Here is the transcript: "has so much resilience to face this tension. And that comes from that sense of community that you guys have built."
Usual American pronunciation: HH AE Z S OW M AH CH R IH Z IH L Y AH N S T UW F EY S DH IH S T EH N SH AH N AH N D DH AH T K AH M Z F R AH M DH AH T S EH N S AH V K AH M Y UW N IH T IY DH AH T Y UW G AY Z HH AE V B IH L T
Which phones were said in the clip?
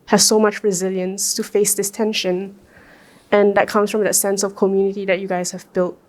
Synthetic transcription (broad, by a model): HH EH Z S OW M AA CH R IH Z IH L Y AH N S T UW F EY S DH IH S T EH N SH AH N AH N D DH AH T K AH M S F R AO M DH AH T S EH N S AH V K AH M Y UW N IH T IY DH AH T Y UW G AY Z HH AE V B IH L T